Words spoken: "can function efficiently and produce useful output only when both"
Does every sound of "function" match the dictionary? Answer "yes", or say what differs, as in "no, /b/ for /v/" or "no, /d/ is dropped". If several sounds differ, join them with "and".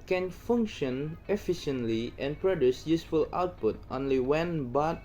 yes